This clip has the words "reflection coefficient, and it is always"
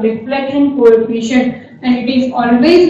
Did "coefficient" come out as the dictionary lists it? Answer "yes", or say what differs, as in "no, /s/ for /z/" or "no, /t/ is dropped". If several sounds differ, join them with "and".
no, /t/ is dropped